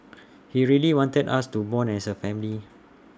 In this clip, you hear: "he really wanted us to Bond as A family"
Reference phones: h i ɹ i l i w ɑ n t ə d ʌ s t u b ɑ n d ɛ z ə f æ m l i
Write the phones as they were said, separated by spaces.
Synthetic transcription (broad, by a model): h i ɹ i l i w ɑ n t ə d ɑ s t u b ɑ n ɛ s ə f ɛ m l i